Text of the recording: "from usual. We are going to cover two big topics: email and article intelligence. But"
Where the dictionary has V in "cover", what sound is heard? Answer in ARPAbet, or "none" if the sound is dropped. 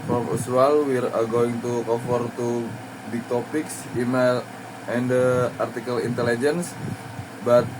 F